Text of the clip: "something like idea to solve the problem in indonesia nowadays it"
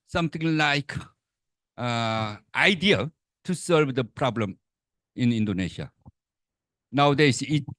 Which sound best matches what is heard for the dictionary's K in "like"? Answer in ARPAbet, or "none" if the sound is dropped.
K